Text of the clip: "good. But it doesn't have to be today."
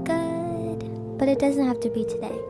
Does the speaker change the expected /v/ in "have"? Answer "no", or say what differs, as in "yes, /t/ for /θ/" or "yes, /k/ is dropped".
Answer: yes, /f/ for /v/